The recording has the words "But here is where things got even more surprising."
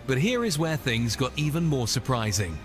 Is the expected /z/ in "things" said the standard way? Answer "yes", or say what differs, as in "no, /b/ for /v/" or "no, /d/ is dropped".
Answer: yes